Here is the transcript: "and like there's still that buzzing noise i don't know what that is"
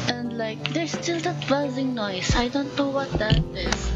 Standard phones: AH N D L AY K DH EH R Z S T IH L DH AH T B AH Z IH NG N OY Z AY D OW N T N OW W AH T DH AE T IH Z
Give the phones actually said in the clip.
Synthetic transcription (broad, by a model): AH N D L AY K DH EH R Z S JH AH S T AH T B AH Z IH NG N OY S AY D OW N T N OW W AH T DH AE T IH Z